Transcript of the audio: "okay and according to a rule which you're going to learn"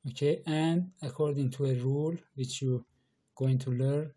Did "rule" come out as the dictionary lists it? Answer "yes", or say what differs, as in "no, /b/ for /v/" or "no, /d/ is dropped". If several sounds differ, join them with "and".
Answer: yes